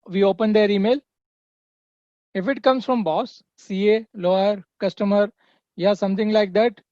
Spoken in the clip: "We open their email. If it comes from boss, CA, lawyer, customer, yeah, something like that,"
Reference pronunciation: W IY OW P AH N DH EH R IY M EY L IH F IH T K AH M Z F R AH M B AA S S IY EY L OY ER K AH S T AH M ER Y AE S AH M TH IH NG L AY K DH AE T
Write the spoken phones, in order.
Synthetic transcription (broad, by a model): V IY OW P AH N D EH R IY M EY L IH F IH T K AH M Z F R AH M B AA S S IY EY L OY ER K AH S T AH M ER Y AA S AH M T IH NG L AY K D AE T